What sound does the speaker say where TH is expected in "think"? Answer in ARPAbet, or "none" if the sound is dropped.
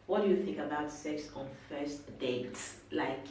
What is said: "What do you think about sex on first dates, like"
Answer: TH